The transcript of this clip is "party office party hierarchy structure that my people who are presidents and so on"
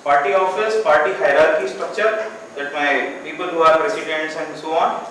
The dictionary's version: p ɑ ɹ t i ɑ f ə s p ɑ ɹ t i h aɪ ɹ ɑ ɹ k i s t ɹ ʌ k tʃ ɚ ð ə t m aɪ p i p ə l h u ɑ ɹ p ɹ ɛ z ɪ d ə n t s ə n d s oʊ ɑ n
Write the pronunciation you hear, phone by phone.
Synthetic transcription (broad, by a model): p ɑ ɹ t i ɑ f ə s p ɑ ɹ t i h aɪ ɹ ɑ ɹ k i s t ɹ ʌ k tʃ ɚ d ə t m aɪ p i p ə l h u ɑ ɹ p ɹ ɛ s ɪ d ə n t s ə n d s oʊ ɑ n